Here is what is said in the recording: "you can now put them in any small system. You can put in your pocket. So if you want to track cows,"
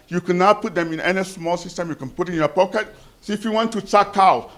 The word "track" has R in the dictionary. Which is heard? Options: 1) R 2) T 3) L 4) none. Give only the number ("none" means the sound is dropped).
4